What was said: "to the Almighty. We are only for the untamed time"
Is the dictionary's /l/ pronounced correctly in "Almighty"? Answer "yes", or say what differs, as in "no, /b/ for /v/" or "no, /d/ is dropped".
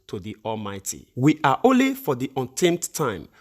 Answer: yes